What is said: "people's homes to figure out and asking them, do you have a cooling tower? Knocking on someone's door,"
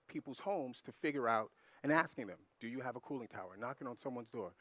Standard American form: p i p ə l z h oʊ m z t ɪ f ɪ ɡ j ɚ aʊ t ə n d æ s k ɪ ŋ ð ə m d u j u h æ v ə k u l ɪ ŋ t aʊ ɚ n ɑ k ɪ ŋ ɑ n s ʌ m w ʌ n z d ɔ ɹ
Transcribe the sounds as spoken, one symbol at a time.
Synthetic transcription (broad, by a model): p i p l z h oʊ m z t ɪ f ɪ ɡ j ɚ aʊ t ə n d æ s k ɪ ŋ ð ə m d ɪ j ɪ v ə k u l ɪ ŋ t aʊ ɚ n ɑ k ɪ ŋ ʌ n s ʌ m w ʌ n z d ɔ ɹ